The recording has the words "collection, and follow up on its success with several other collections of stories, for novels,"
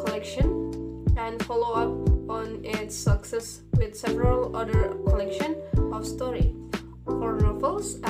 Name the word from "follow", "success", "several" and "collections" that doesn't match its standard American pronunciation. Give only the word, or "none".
collections